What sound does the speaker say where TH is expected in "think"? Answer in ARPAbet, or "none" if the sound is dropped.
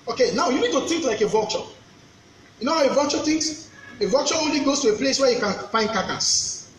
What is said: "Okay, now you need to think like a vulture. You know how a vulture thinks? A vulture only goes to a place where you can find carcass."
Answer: T